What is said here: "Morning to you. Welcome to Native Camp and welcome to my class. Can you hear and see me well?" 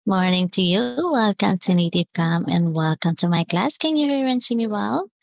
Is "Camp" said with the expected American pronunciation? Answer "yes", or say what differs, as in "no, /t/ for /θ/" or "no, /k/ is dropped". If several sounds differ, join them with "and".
no, /p/ is dropped